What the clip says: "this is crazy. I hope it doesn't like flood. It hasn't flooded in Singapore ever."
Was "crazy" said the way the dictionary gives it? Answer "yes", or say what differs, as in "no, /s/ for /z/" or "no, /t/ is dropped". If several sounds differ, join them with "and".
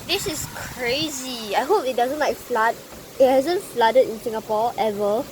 yes